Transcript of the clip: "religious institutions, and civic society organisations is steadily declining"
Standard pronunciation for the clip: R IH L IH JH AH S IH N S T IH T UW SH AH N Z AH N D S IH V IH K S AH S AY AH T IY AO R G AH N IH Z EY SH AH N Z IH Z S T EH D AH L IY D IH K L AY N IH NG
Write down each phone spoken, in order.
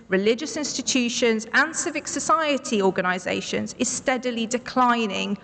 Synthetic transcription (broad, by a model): R IH L IH JH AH S IH N S T IH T UW SH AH N Z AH N S IH V IH K S AH S AY AH T IY AO G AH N IH Z EY SH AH N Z IH Z S T EH D AH L IY D IH K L AY N IH NG